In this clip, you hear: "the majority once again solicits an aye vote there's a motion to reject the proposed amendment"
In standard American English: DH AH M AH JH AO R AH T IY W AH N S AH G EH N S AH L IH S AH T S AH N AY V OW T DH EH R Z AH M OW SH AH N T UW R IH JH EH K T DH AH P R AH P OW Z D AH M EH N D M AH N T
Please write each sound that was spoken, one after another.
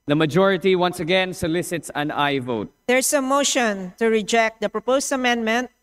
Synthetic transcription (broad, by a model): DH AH M AH JH AO R AH T IY W AH N S AH G EH N S AH L IH S AH T S AH N AY V OW T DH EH R S AH M OW SH AH N T UW R IH JH EH K T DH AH P R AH P OW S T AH M EH N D M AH N T